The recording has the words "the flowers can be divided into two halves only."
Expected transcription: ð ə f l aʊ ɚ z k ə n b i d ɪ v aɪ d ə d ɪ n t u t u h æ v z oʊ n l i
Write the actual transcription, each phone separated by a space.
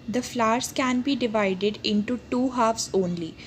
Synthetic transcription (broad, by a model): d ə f l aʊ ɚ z k ə n b i d ɪ v aɪ d ə d ɪ n t u t u h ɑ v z oʊ n l i